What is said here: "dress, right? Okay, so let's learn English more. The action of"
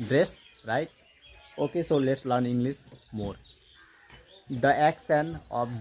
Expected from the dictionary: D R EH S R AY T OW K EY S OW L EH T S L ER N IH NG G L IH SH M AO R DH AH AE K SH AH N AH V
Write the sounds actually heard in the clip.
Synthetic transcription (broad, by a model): D R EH S R AY T OW K EY S OW L EH T S L ER N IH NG G L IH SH M AO R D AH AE K S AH N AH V